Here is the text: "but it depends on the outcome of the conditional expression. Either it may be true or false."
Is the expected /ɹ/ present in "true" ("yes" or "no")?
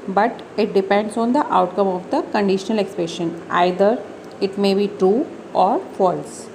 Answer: yes